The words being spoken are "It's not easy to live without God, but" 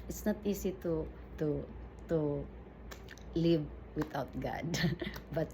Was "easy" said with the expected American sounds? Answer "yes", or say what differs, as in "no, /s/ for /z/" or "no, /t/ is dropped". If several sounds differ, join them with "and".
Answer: no, /s/ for /z/